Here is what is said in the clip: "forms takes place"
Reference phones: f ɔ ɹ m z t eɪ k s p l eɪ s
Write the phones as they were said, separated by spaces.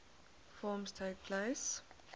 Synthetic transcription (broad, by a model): f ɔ m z t eɪ k p l eɪ s